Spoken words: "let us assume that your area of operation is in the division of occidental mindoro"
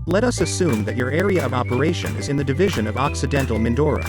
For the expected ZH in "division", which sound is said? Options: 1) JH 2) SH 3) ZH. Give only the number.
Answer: 3